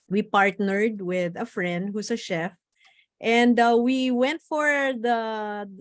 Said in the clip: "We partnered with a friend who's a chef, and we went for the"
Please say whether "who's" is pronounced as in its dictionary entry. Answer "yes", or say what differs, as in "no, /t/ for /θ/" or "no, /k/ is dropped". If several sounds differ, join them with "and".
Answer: no, /s/ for /z/